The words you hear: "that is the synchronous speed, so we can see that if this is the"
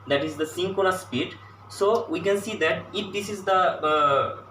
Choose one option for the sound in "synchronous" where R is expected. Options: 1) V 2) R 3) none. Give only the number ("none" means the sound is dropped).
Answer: 3